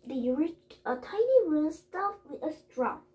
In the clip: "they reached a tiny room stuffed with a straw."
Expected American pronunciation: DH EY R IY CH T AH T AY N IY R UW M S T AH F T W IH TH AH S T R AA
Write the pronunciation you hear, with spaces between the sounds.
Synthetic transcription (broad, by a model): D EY R IY CH T AH T AY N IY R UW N S T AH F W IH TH AH S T R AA